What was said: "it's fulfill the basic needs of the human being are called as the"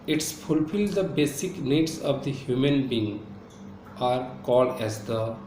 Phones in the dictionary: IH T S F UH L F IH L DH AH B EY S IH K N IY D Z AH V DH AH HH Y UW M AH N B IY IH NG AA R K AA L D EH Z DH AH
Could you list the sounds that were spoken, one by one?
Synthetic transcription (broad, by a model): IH T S F UH L F IH L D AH B EY S IH K N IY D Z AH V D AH HH Y UW M AH N B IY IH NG AA R K AA L D EH Z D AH